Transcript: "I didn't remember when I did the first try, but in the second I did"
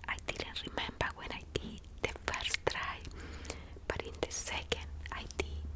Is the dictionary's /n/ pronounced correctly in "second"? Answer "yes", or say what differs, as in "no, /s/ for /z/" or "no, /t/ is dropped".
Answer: yes